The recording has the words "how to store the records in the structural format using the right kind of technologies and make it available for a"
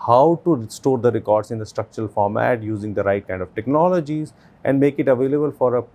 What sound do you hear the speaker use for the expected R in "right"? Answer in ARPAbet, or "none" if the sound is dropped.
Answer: R